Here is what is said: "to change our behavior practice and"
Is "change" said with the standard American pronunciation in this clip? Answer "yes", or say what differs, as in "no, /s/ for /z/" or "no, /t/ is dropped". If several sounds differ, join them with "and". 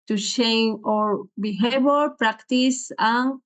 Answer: no, /ʃ/ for /tʃ/ and /dʒ/ is dropped